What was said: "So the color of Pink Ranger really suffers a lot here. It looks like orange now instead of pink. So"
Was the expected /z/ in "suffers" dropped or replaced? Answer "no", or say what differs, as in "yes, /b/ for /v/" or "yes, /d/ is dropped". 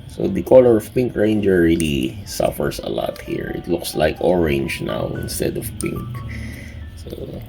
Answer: yes, /s/ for /z/